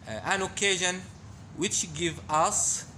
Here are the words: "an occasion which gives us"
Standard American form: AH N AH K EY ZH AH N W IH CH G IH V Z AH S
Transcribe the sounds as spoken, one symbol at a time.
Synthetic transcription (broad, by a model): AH N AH K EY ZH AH N W IH CH G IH V AH S